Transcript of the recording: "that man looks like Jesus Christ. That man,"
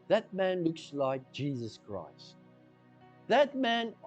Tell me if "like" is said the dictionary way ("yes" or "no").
yes